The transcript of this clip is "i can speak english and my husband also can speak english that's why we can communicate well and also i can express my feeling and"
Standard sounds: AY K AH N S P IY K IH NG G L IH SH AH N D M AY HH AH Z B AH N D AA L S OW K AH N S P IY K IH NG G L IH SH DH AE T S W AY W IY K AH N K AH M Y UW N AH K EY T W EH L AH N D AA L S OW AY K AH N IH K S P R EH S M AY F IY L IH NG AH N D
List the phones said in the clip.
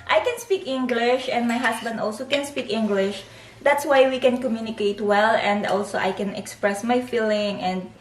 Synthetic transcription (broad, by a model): AY K AH N S P IY K IH NG G L IH SH AH N D M AY HH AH S B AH N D AA L S OW K AH N S P IY K IH NG G L IH SH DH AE T S W AY W IY K AH N K AH M Y UW N AH K EY T W EH L AH N D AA L S OW AY K AH N IH K S P R EH S M AY F IY L IH NG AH N D